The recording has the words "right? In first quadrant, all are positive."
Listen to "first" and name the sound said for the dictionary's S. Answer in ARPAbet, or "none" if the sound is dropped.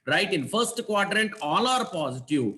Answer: S